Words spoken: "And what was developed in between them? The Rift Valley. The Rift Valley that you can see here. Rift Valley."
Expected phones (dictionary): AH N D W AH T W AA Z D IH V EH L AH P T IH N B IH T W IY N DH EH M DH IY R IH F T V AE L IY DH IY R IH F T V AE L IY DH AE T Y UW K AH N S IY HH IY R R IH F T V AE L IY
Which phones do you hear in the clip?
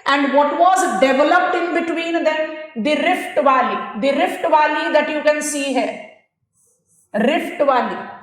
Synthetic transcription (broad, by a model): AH N D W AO T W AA Z D IH V EH L AH P T IH N B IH T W IY N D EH M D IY R IH F T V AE L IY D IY R IH F T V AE L IY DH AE T Y UW K AH N S IY HH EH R R IH F T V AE L IY